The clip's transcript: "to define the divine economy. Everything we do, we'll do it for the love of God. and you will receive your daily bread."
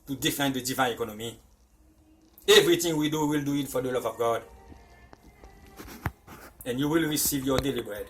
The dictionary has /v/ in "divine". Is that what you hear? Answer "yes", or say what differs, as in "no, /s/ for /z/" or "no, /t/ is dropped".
yes